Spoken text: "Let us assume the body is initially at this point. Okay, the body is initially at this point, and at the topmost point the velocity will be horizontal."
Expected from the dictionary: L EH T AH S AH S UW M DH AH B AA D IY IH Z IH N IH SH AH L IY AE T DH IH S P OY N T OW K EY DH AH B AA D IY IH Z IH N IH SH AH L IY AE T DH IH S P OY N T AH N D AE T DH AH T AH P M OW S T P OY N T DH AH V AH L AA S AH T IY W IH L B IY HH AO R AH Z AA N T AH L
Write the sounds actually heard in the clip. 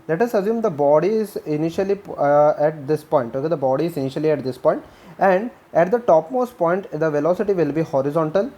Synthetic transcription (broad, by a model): L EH T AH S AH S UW M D AH B AA D IY IH Z IH N IH SH AH L IY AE T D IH S P OY N T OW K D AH B AA D IY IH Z IH N IH SH AH L IY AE T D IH S P OY N T AH N D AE T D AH T AH P M OW S T P OY N T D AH V AH L AA S AH T IY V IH L B IY HH AO R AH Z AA N T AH L